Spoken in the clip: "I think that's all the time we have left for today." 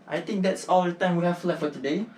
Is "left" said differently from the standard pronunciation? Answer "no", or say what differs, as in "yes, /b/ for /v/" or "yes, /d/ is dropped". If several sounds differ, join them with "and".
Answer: yes, /f/ is dropped